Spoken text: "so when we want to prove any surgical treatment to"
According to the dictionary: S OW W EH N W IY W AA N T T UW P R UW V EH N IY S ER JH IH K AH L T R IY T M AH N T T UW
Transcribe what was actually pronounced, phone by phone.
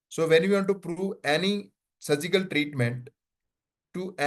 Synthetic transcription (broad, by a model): S OW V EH N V IY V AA N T T UW P R UW V EH N IY S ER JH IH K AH L T R IY T M AH N T T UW